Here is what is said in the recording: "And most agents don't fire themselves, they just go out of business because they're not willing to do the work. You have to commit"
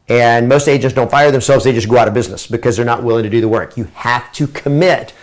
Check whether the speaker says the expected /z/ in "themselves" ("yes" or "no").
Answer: yes